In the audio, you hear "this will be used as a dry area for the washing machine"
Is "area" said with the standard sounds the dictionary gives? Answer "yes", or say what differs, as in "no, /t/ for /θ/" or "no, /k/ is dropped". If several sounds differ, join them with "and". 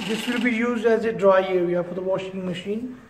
no, /w/ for /ɹ/